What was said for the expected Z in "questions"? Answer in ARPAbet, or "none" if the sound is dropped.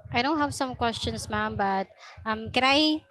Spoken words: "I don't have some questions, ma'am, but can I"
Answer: S